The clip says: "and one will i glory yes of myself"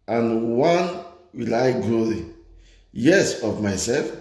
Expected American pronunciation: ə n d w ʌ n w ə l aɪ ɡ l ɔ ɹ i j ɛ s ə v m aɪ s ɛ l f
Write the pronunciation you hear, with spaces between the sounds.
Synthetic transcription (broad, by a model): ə n w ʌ n w ə l aɪ ɡ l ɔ l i j ɛ s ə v m aɪ s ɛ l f